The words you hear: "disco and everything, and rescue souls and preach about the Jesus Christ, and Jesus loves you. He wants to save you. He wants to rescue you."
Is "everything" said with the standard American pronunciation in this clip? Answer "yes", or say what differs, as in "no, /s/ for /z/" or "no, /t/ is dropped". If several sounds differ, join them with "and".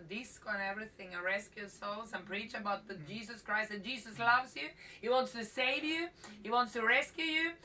yes